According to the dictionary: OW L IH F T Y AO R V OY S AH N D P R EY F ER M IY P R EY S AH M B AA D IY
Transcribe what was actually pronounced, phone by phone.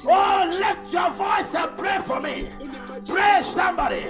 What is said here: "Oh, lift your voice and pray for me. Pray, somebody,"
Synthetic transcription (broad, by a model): OW L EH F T Y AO V OY S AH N P R EY F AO M IY P R EY S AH M B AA D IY